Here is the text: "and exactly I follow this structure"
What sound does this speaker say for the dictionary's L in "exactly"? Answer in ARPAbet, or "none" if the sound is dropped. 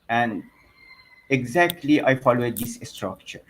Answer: L